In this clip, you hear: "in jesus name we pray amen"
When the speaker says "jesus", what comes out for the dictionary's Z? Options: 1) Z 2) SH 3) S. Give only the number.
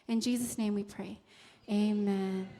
1